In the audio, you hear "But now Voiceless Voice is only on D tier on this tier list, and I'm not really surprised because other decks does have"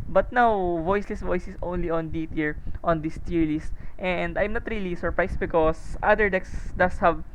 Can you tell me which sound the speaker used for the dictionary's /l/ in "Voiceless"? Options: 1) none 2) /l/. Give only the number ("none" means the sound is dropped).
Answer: 2